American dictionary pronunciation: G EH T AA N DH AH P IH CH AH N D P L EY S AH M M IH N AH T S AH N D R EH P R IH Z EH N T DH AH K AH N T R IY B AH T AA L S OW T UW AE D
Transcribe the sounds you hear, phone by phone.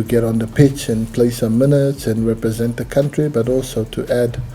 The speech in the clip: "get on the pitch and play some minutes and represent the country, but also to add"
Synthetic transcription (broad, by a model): G EH T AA N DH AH P IH CH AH N P L EY S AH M M IH N AH T S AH N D R EH P R IH Z EH N T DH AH K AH N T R IY B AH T AA L S OW T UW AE D